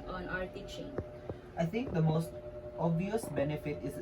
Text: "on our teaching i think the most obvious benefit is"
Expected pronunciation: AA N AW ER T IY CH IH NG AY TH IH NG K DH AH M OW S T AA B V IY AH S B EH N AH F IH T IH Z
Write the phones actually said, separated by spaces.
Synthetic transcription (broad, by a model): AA N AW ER T IY CH IH NG AY T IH NG K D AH M OW S T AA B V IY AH S B EH N AH F IH T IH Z